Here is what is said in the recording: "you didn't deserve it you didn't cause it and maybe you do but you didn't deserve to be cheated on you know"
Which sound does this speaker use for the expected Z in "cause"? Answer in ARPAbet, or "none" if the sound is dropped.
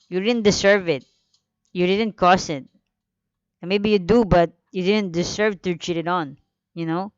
S